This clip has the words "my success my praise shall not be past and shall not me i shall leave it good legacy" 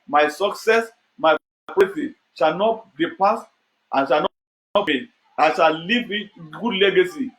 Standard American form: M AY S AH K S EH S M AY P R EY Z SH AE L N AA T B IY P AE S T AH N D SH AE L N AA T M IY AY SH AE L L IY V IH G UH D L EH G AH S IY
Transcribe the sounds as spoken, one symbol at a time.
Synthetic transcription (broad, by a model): M AY S AH K S EH S M AY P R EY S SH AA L N AA T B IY P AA S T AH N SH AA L N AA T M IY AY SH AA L L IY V IH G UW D L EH G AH S IY